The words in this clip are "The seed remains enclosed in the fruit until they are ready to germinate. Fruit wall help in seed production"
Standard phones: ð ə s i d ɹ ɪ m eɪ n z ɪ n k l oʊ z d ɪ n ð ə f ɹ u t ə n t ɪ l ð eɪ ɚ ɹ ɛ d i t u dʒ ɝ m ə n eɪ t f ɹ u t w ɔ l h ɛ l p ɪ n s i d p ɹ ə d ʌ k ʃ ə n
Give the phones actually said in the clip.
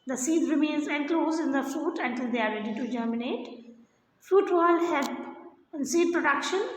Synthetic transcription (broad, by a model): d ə s i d ɹ ɪ m eɪ n z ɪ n k l oʊ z ɪ n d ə f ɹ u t ə n t ɪ l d eɪ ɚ ɹ ɛ d i t u dʒ ɝ m ə n eɪ t f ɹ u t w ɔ l h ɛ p ɪ n s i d p ɹ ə d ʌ k ʃ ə n